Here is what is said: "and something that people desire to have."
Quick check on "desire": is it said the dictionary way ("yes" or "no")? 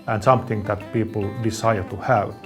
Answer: no